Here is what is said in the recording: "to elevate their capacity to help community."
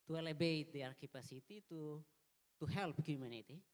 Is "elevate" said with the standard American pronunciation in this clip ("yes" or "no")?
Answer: no